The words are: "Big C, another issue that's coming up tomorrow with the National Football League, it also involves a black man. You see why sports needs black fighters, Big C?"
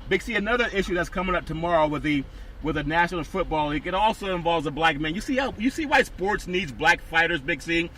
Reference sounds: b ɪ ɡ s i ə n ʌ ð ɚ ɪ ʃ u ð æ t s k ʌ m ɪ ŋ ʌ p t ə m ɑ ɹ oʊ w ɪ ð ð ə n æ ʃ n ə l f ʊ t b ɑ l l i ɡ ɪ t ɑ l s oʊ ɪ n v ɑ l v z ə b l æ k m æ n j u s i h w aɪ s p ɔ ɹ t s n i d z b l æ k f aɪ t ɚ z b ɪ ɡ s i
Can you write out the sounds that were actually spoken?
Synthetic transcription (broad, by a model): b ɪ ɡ s i ə n ʌ ð ɚ ɪ ʃ u ð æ t s k ʌ m ɪ ŋ ʌ p t ə m ɑ ɹ oʊ w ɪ ð ð ə n æ ʃ n l f ʊ t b ɑ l l i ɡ ɪ t ɑ l s oʊ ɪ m v ɑ l v z ə b l æ k m æ n j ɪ s i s w aɪ s p ɔ ɹ t s n i d z b l æ k f aɪ t ɚ z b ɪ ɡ s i